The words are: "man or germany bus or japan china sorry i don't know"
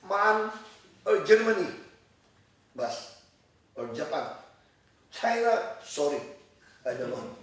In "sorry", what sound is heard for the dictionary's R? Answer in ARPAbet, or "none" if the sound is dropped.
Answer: R